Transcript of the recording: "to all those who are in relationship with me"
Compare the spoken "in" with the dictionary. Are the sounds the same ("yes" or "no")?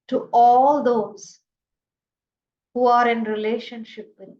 yes